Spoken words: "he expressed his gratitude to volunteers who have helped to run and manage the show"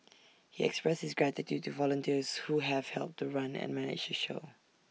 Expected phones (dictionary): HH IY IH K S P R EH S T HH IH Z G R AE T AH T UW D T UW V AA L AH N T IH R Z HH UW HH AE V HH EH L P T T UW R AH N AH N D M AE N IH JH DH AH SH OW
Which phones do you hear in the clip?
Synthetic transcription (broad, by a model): HH IY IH K S P R EH S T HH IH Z G R AE T AH T UW D T UW V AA L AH N T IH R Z HH UW HH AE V HH EH L P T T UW R AH N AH N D M AE N IH JH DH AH SH OW